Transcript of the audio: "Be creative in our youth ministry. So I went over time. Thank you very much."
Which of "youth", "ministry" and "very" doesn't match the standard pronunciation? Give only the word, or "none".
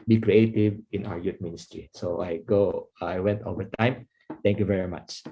youth